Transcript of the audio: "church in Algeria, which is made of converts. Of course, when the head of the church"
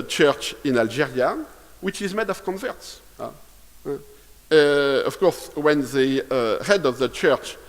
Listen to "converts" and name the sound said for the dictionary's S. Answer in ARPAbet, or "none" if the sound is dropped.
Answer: S